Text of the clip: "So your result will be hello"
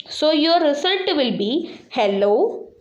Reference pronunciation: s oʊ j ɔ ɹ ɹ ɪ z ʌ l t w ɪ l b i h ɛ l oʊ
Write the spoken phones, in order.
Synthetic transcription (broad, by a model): s oʊ j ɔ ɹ ɹ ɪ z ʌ t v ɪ l b i h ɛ l oʊ